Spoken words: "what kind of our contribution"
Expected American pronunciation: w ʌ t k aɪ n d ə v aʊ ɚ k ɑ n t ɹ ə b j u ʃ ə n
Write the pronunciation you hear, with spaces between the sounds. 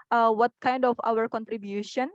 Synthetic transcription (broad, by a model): w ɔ t k aɪ n d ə f aʊ ɚ k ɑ n t ɹ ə b j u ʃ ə n